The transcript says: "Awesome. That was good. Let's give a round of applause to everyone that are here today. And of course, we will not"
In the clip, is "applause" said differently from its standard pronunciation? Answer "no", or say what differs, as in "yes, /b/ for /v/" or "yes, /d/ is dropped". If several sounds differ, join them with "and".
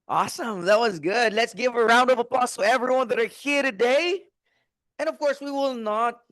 yes, /l/ is dropped